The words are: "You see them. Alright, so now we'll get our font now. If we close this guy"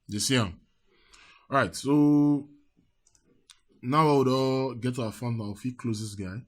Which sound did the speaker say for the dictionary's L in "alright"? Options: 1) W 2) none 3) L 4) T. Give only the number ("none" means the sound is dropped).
2